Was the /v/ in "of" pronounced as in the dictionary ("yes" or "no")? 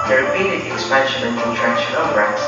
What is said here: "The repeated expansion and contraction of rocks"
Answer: no